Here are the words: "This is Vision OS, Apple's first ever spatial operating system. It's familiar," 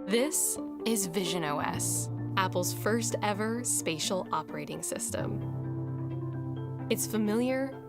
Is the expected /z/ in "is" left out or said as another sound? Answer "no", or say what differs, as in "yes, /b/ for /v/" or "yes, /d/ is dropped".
no